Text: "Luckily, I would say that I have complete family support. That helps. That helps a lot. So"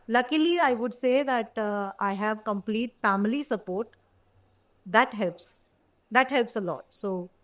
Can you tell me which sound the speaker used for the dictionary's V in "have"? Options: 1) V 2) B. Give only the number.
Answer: 1